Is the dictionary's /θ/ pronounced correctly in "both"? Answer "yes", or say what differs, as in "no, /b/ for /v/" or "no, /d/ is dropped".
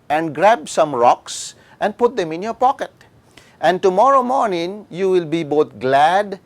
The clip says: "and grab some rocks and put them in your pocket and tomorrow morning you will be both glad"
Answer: no, /t/ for /θ/